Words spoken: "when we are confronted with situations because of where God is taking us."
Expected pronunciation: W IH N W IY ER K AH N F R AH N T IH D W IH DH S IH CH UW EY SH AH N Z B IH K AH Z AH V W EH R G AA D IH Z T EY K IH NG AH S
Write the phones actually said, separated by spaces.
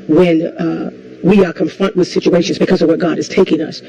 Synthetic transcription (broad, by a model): W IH N W IY ER K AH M F R AH N T W IH DH S IH CH UW EY SH AH N Z B IH K AH Z AH V W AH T G AA D IH Z T EY K IH NG AH S